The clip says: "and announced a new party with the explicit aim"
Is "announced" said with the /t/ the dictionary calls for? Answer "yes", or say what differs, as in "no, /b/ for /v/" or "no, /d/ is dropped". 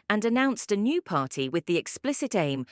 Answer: yes